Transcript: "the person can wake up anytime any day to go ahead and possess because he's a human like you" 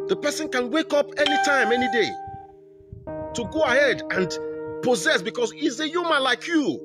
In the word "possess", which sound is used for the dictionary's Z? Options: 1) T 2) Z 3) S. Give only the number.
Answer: 2